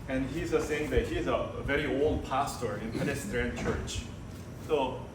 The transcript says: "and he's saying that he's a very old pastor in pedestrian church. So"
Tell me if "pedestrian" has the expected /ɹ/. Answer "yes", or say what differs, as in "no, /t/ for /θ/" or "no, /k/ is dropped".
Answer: no, /ɹ/ is dropped